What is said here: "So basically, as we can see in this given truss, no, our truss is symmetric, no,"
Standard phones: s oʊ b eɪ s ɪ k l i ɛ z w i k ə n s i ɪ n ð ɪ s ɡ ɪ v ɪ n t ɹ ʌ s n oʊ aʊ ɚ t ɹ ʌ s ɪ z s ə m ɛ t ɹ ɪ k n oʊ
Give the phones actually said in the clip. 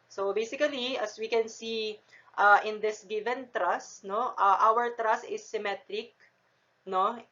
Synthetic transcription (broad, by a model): s oʊ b eɪ s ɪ k l i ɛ s w i k ə n s i ɪ n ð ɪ s ɡ ɪ v ɪ n t ɹ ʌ s n oʊ aʊ ɚ t ɹ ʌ s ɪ s ə m ɛ t ɹ ɪ k n oʊ